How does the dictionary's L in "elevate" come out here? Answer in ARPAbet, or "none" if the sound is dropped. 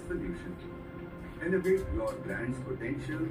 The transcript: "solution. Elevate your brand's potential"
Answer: N